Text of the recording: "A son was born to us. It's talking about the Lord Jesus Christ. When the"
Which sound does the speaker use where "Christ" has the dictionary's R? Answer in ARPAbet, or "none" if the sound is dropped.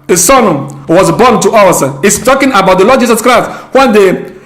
R